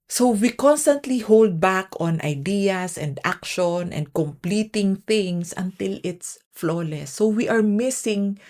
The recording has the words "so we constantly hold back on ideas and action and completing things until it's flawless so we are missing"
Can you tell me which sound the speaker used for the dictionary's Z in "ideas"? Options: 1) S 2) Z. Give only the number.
1